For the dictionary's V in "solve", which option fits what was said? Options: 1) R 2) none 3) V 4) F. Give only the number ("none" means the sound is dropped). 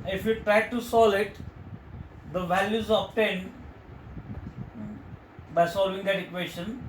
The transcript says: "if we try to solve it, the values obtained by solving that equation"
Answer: 2